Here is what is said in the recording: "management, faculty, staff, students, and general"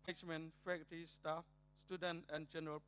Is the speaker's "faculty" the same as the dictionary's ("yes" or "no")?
no